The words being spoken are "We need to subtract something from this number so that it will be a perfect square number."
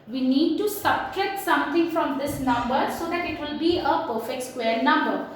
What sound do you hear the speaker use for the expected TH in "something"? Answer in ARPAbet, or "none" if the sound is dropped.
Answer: T